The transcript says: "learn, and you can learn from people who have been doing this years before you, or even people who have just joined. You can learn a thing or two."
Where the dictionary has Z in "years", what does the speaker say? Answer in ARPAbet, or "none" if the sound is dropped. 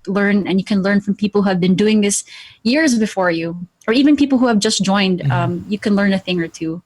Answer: Z